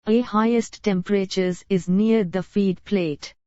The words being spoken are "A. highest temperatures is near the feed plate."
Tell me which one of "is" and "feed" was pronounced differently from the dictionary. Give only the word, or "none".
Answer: none